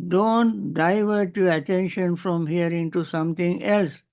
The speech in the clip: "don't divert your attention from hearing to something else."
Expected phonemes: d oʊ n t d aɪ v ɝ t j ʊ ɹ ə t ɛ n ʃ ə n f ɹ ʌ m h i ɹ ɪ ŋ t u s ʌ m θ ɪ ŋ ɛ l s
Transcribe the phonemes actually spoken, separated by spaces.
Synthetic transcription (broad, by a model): d oʊ n t d aɪ v ɝ t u ə t ɛ n ʃ ə n f ɹ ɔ m h i ɹ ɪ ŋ t u s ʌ m t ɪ ŋ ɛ l s